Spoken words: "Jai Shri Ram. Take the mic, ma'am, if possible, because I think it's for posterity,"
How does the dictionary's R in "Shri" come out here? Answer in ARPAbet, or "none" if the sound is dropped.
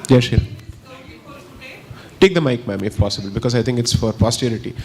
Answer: none